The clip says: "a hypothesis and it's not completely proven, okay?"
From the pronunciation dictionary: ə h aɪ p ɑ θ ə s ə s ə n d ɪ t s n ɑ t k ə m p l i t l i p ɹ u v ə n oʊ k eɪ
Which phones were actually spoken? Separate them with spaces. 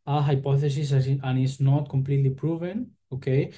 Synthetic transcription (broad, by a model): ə h aɪ p ɑ θ ə s ə s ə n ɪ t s n ɑ t k ə m p l i t l i p ɹ u v ə n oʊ k eɪ